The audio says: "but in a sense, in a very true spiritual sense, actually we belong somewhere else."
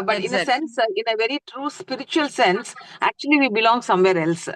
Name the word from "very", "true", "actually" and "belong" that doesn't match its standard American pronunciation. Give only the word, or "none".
none